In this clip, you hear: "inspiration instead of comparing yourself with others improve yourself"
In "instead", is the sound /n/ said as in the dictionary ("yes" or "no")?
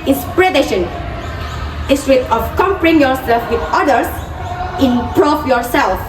no